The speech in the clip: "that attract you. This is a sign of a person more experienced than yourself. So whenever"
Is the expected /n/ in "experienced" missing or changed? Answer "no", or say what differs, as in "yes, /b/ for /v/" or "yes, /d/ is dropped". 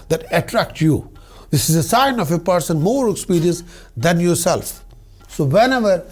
yes, /n/ is dropped